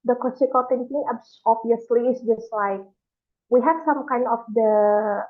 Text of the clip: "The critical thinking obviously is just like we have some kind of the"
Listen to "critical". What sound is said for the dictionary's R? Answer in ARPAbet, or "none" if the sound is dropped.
L